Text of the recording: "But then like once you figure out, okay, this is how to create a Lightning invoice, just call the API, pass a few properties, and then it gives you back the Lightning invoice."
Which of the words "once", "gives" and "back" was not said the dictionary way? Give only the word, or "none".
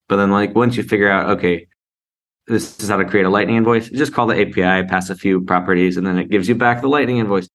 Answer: none